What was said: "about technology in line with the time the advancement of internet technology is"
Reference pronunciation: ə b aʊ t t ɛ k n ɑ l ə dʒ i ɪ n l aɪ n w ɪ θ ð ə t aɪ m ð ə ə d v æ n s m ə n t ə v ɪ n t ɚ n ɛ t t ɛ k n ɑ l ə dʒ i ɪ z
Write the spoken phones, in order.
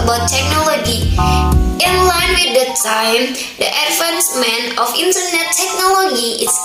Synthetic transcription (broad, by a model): b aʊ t t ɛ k n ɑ l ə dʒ i ɪ n l aɪ n w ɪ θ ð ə t aɪ m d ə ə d f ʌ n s m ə n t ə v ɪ n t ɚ n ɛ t t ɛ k n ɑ l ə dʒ i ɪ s